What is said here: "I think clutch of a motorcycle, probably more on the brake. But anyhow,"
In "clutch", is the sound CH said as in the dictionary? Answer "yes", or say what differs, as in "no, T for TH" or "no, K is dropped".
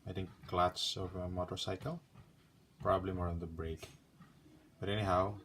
no, S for CH